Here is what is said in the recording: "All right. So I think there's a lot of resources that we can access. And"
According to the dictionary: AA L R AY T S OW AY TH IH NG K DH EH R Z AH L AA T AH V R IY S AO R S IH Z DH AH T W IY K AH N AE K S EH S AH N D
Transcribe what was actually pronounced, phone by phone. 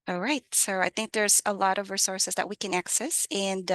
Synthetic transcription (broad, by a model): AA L R AY T S OW AY TH IH NG K DH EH R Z AH L AA T AH V R IY S AO R S IH Z DH AH T W IY K AH N AE K S EH S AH N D